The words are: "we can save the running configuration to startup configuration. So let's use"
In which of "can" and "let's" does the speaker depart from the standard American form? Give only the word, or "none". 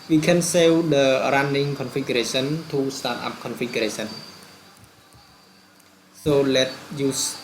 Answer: let's